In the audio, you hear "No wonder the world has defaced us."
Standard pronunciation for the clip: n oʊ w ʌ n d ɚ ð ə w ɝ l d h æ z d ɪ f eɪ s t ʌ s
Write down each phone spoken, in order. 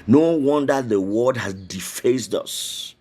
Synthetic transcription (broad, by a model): n oʊ w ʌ n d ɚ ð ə w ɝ d h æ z d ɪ f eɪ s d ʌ s